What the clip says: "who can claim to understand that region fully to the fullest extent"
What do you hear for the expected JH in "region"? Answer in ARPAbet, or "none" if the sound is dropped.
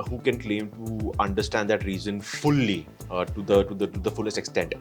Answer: Z